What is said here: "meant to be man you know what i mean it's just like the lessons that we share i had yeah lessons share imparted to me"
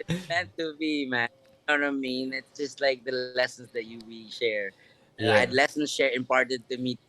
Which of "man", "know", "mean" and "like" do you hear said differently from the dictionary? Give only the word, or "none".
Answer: none